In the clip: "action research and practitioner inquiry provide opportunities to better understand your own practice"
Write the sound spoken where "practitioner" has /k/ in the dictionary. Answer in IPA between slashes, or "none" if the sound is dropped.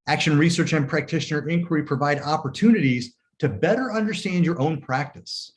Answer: /k/